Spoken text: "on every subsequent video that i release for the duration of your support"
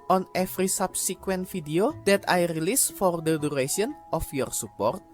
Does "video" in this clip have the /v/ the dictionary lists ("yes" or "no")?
no